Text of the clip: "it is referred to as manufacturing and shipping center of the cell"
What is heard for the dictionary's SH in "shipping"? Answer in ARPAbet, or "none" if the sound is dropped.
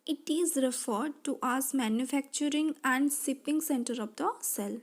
S